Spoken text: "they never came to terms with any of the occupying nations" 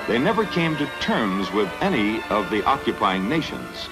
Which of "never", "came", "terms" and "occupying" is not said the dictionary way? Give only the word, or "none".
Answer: none